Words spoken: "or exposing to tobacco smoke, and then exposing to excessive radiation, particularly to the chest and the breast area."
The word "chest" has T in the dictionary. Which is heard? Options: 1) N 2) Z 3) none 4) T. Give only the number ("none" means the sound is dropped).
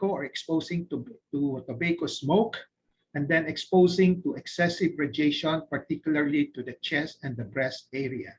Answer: 3